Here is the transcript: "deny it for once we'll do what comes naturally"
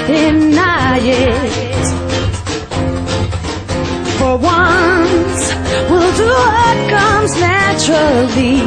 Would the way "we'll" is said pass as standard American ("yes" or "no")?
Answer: yes